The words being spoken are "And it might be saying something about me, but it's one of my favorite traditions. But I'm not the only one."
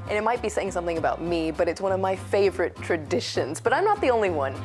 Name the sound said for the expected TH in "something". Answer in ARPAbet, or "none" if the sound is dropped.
TH